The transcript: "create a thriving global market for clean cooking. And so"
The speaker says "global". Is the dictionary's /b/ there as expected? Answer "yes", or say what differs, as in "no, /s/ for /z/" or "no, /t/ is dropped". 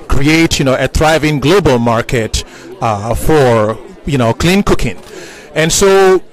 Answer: yes